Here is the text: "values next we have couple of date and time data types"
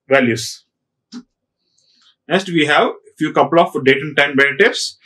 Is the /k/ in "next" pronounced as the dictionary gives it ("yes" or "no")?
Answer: no